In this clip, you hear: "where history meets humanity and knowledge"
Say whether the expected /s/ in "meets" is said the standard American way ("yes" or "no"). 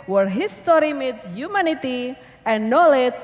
no